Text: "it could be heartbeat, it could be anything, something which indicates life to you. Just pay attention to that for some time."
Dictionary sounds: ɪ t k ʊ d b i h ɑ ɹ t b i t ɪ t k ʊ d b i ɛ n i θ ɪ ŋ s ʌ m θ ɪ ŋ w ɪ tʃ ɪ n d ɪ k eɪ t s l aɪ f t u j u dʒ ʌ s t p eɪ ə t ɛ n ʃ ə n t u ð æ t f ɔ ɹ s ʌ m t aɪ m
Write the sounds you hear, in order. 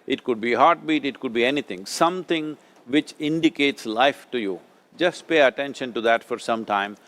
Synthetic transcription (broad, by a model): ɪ t k ʊ d b i h ɑ ɹ t b i t ɪ t k ʊ d b i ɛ n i t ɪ ŋ s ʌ m t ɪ ŋ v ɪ tʃ ɪ n d ɪ k eɪ t s l aɪ f t u j u dʒ ʌ s t p eɪ ə t ɛ n ʃ ə n t u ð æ t f ɔ ɹ s ʌ m t aɪ m